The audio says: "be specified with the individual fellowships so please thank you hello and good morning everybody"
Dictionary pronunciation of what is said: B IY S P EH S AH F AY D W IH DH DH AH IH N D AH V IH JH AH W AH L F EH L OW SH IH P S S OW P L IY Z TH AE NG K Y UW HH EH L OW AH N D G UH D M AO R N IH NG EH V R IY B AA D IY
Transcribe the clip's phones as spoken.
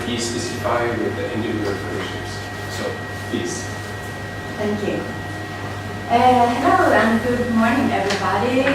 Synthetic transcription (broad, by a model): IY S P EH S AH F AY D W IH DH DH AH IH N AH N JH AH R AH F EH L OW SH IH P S S OW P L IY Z T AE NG K Y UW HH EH N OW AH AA G UH D M AO R N IH NG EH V R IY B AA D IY